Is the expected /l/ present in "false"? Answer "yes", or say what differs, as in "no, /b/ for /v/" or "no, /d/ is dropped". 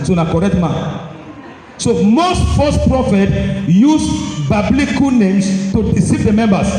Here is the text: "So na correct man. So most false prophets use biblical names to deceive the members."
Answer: no, /l/ is dropped